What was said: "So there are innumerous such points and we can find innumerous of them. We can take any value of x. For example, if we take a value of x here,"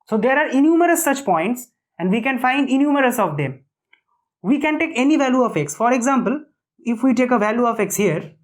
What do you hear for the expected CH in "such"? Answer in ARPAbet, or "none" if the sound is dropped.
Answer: CH